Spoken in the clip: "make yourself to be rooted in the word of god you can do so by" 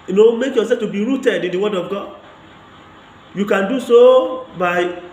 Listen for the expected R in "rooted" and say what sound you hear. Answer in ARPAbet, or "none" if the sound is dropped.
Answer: R